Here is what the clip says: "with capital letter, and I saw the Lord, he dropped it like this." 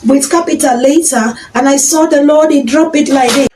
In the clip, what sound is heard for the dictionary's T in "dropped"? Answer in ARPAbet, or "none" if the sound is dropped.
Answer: none